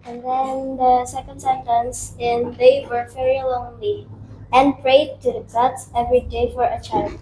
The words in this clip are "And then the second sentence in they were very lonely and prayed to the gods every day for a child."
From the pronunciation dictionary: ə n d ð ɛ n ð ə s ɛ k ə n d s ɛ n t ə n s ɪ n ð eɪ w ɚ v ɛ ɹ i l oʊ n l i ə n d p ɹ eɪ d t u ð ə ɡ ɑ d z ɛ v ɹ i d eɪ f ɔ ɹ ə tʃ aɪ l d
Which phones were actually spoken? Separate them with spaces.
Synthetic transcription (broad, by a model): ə n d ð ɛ n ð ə s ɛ k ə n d s ɛ n t ə n s ɪ n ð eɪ w ɚ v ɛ ɹ i l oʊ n l i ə n p ɹ eɪ d t u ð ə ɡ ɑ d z ɛ v ɹ i d eɪ f ɔ ɹ ə tʃ aɪ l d